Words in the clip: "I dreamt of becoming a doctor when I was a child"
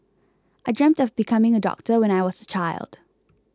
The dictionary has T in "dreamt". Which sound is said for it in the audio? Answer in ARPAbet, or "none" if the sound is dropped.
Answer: T